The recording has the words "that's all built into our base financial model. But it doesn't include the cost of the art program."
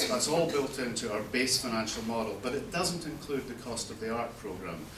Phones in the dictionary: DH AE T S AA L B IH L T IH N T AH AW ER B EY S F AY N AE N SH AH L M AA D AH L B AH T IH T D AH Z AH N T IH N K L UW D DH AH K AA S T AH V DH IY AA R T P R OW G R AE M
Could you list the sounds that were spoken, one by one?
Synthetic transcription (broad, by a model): DH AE T S AA L B IH L T IH N T AH AW ER B EY S F AY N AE N SH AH L M AA D AH L B AH T IH T D AH Z AH N T IH N K L UW D DH AH K AA S T AH V DH IY AA R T P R OW G R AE M